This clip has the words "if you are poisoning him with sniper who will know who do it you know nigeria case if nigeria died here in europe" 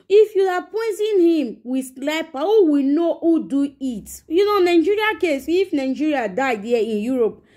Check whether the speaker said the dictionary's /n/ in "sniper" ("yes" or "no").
no